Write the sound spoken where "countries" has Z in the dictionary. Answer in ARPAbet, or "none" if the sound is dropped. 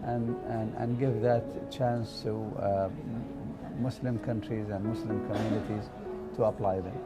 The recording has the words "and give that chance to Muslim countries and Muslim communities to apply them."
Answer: Z